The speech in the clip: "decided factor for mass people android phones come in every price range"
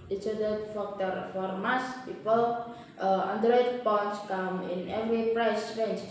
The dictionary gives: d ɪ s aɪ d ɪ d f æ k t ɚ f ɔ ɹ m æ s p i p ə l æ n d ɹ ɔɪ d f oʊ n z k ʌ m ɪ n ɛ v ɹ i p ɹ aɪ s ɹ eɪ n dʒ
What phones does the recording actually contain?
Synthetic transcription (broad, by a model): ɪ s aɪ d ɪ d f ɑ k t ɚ f ɔ ɹ m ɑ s p i p ə l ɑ n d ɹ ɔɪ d p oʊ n s k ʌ m ɪ n ɛ v ɹ i p ɹ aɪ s ɹ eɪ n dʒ